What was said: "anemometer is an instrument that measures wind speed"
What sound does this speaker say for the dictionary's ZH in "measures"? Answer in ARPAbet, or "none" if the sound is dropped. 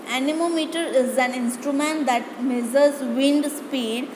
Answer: Z